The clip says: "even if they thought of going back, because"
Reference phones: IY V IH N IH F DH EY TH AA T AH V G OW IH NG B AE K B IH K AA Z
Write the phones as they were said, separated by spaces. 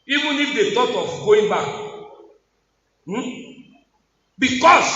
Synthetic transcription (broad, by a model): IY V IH N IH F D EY T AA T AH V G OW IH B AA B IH K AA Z